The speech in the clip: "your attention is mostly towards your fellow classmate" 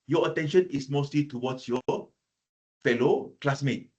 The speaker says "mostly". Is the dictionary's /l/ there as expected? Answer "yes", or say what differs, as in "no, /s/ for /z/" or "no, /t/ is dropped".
yes